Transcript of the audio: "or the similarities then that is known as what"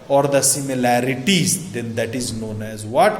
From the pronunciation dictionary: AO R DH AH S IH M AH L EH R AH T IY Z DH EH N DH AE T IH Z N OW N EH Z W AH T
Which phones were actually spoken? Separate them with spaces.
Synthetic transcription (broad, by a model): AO R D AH S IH M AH L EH R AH T IY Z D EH N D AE T IH Z N OW N EH Z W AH T